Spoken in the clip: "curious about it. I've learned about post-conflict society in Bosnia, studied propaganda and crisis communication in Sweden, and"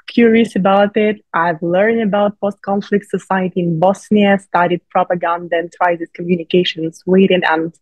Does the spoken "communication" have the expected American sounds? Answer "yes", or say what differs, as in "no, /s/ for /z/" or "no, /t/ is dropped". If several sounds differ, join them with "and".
no, /ʃ/ is dropped